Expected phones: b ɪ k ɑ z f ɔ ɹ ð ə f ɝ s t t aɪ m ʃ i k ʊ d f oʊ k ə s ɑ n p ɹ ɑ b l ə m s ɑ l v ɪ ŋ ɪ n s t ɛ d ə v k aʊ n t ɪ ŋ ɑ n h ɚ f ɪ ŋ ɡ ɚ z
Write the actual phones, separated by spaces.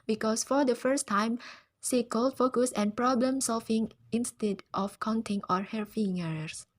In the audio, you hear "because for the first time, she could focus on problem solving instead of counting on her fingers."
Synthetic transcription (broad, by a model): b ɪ k ɑ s f ɔ ɹ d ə f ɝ s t t aɪ m s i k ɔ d f oʊ k ə s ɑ n p ɹ ɑ b l ə m s ɑ l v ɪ ŋ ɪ n s t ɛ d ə f k aʊ n t ɪ ŋ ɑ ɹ h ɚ f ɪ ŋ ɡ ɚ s